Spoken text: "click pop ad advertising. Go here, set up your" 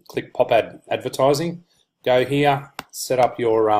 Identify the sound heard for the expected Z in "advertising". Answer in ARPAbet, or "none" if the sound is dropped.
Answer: Z